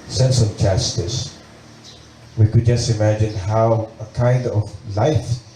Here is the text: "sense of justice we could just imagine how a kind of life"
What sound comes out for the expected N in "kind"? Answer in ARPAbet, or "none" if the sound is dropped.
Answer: N